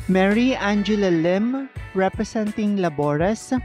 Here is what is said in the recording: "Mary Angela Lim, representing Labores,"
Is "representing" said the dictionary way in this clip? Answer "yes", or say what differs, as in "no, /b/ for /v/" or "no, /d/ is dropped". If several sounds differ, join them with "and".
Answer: no, /s/ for /z/